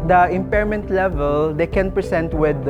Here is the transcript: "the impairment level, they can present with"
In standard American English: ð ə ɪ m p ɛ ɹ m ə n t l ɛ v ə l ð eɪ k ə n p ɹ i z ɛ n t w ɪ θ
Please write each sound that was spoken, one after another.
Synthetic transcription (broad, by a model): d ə ɪ m p ɛ ɹ m ə n t l ɛ v ə l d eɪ k ə n p ɹ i s ɛ n t w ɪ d